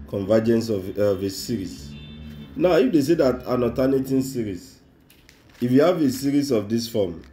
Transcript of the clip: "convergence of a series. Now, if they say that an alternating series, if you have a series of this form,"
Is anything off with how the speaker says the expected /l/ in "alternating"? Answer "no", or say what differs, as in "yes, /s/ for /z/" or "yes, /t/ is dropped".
yes, /l/ is dropped